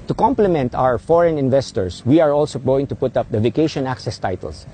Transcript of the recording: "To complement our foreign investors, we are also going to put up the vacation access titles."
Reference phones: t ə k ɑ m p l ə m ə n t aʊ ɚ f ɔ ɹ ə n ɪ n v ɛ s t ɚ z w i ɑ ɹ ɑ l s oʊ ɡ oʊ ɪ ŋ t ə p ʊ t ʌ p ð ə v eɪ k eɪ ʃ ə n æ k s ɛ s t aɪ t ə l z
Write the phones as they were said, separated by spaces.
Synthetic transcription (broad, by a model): t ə k ɑ m p l ə m ə n t aʊ ɚ f ɔ ɹ ə n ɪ n v ɛ s t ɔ s w i ɑ ɹ ɑ l s oʊ ɡ oʊ ɪ ŋ t ə p ʊ t ʌ p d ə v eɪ k eɪ ʃ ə n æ k s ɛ s t aɪ t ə l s